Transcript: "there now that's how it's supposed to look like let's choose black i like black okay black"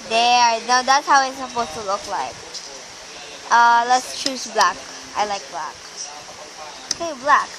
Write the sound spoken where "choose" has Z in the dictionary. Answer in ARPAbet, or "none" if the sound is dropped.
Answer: S